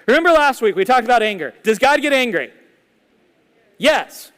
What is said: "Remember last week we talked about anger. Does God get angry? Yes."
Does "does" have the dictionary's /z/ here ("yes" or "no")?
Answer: yes